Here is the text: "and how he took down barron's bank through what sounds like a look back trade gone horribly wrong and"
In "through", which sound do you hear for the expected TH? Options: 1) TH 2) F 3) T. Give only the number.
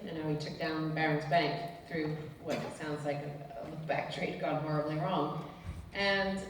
1